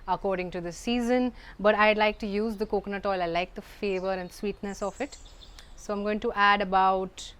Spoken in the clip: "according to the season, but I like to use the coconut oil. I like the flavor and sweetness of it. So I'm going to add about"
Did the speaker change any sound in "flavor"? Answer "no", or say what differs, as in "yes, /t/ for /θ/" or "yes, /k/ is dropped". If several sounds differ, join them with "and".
yes, /l/ is dropped